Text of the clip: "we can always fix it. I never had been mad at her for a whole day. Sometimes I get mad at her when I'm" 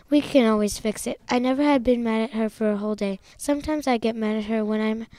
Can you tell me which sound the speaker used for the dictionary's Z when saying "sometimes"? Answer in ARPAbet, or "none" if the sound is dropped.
Z